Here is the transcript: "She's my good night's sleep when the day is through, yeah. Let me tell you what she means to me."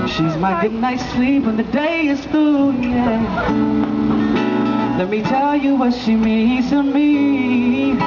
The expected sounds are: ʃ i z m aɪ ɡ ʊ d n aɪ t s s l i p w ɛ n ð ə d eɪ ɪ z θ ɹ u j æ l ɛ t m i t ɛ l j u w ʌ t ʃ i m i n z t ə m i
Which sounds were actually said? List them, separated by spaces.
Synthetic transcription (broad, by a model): ʃ i z m aɪ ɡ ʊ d n aɪ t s s l i p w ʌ n ð ə d eɪ ɪ z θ u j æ l ɛ t m i t ɛ l j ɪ w ʌ t ʃ i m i z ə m i